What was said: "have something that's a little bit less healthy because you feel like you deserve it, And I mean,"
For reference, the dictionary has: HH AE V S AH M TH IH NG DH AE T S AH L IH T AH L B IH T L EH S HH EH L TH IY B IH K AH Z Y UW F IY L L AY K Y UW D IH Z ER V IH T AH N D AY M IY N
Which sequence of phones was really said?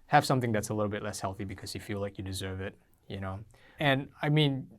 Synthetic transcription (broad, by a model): HH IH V S AH M TH IH NG DH AE T S AH L IH T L B IH T L EH S HH EH L TH IY B IH K AH Z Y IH F IY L L AY K Y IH D IH Z ER V IH T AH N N AY M IY N